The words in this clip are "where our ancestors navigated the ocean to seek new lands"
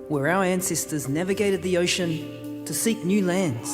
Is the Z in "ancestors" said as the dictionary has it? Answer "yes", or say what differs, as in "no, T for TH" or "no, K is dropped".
yes